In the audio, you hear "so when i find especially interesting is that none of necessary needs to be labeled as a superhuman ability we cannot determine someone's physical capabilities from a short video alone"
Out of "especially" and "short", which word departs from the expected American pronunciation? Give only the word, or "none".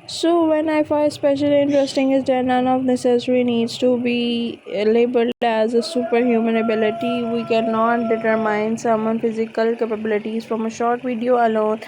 none